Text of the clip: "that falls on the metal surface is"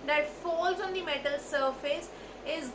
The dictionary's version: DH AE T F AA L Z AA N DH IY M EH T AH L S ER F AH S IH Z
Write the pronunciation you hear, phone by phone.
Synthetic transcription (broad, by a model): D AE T F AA L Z AA N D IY M EH T AH L S ER F AH S IH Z